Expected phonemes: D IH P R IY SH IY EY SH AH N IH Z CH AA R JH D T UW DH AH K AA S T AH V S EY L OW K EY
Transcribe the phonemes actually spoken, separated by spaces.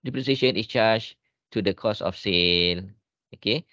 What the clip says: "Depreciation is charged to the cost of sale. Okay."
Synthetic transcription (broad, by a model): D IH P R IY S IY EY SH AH N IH S CH AA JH T UW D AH K AA S AH F S EY L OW K EY